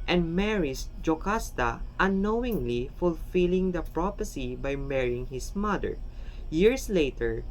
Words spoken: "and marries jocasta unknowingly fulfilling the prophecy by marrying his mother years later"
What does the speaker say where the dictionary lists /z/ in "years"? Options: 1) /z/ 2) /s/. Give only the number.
2